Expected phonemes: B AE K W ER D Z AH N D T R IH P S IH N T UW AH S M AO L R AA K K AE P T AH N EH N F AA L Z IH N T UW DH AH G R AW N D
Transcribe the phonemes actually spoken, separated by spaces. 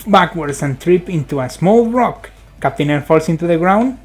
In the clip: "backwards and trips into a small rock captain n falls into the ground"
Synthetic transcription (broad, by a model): B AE K W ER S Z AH N T R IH P IH N T UW AH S M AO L R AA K K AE P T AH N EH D F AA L S IH N T UW DH AH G R AW N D